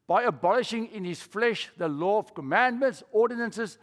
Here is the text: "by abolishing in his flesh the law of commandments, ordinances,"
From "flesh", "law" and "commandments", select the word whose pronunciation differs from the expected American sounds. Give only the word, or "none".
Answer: none